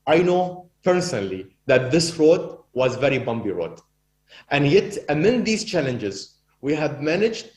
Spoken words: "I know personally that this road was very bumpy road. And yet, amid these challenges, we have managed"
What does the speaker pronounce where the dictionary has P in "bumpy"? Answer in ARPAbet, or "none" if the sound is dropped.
B